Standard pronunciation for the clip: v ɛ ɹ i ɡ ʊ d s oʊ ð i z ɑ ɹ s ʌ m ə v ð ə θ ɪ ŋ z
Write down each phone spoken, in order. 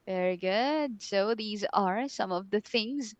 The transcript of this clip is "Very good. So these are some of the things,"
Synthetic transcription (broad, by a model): v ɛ ɹ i ɡ ʊ d s oʊ ð i z ɑ ɹ s ʌ m ə v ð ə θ ɪ ŋ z